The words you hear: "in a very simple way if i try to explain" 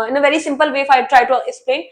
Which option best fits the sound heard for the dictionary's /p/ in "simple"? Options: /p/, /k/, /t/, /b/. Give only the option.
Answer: /p/